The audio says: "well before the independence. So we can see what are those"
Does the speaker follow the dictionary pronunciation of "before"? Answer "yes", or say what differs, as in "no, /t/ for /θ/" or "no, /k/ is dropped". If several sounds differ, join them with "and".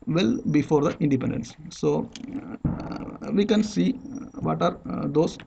yes